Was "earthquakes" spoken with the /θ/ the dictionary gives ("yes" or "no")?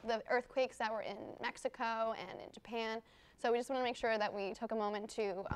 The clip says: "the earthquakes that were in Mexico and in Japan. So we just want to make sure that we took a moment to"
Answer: yes